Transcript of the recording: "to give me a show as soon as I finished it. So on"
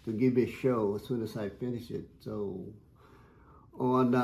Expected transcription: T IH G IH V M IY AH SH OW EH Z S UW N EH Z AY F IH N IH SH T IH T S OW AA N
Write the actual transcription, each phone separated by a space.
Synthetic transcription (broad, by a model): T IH G IH V M IY AH SH OW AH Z S UW N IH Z AY F IH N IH SH IH T S OW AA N